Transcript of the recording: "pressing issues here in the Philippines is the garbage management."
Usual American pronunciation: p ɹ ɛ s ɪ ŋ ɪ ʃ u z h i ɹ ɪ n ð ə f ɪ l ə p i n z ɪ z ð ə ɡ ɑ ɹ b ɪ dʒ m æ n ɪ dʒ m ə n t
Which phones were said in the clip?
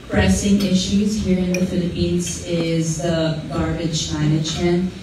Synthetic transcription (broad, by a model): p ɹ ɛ s ɪ ŋ ɪ ʃ u z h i ɹ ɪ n ð ə f ɪ l ə p i n z ɪ z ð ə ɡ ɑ ɹ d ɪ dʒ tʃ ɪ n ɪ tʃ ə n